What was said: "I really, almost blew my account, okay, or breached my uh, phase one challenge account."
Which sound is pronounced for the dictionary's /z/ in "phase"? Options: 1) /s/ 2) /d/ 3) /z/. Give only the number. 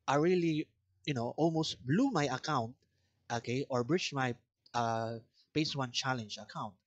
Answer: 1